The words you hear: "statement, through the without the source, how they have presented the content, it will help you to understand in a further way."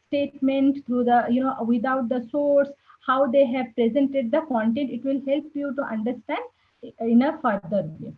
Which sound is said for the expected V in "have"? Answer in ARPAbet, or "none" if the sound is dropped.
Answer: V